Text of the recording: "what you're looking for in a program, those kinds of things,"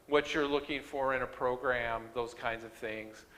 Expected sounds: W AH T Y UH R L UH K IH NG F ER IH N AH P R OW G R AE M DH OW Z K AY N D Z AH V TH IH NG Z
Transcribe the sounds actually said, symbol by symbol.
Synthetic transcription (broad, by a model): W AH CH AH R L UH K IH NG F ER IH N AH P R OW G R AE M DH OW Z K AY N D Z AH V TH IH NG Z